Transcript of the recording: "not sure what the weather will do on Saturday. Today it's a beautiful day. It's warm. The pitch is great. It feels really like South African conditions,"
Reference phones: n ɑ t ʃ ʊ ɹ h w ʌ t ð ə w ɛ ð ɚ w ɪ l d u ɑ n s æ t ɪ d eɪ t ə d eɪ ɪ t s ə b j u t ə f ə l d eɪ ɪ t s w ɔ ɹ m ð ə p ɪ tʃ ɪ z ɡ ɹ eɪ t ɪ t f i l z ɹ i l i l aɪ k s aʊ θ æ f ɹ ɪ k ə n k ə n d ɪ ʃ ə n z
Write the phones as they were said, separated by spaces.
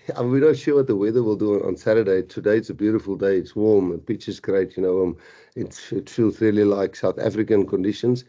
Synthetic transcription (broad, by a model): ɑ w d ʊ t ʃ w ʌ t ð ə w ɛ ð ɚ w ɪ l d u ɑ n s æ t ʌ d eɪ t ə d eɪ ɪ t s ə b j u t ə f ə l d eɪ ɪ t s w ɔ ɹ m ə p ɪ tʃ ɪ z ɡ ɹ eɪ t ɪ t f i l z ɹ i l i l aɪ k s aʊ θ æ f ɹ ɪ k ə n k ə n d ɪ ʃ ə n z